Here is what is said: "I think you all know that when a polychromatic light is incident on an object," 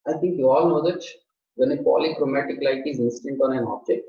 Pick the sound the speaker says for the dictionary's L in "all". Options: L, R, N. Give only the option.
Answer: L